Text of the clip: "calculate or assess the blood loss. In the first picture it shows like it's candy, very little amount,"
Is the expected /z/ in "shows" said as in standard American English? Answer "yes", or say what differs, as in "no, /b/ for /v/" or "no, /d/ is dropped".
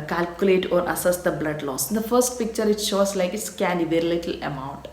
no, /s/ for /z/